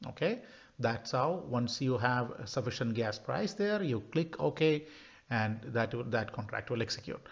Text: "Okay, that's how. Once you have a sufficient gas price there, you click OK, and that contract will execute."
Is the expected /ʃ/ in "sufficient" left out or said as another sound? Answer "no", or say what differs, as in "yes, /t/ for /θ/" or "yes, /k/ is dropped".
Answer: no